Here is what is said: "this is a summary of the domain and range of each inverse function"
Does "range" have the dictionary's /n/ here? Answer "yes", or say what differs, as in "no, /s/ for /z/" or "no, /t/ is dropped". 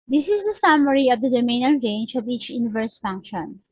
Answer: yes